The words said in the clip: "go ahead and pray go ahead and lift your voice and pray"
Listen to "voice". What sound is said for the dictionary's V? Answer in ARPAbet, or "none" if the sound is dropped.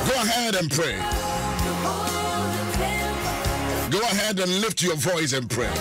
V